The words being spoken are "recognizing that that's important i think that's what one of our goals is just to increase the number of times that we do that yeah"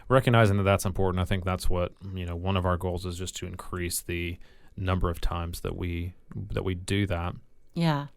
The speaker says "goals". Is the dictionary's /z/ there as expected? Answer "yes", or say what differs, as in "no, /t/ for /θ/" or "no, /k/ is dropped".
yes